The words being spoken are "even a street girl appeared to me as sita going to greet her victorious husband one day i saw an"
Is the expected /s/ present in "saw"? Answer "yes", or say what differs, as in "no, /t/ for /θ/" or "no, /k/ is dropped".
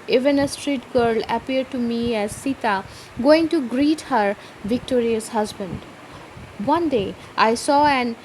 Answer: yes